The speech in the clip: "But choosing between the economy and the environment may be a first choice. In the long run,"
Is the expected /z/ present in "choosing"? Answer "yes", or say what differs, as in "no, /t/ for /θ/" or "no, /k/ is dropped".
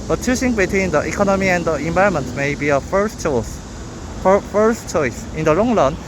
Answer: no, /s/ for /z/